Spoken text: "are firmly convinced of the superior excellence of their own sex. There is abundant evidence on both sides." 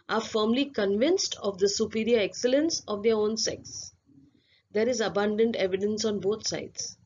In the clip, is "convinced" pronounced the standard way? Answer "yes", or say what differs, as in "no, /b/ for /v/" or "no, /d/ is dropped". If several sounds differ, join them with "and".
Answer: yes